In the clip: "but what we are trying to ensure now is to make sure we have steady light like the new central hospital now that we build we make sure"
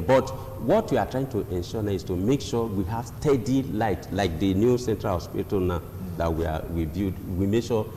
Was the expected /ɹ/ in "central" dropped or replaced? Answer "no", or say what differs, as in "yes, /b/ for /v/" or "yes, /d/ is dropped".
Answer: no